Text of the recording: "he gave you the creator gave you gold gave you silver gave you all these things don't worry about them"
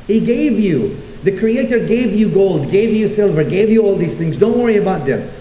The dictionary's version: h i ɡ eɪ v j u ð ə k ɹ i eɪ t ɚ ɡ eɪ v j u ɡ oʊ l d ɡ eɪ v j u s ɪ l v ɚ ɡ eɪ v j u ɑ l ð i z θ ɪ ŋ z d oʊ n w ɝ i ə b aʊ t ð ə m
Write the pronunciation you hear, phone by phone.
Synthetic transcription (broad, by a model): h i ɡ eɪ v j u ð ə k ɹ i eɪ t ɚ ɡ eɪ v j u ɡ oʊ l d ɡ eɪ v j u s ɪ l v ɚ ɡ eɪ v j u ɑ l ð i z θ ɪ ŋ z d oʊ n w ɝ i ə b aʊ t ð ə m